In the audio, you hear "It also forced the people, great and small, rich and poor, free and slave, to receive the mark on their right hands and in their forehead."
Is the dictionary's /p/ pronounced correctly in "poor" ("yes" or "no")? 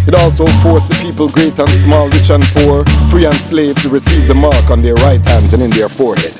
yes